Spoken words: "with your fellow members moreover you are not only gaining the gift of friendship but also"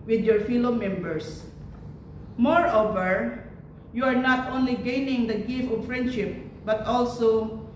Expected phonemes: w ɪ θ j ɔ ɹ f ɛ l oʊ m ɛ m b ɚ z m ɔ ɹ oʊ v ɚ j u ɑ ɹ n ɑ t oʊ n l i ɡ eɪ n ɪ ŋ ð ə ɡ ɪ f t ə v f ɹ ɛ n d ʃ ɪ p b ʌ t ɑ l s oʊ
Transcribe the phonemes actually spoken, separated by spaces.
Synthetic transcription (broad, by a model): w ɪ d j ɔ ɹ f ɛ l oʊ m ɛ m b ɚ s m ɔ ɹ oʊ v ɚ j u ɑ ɹ n ɑ t oʊ n l i ɡ eɪ n ɪ ŋ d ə ɡ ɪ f ə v f ɹ ɛ n d ʃ ɪ p b ʌ t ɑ l s oʊ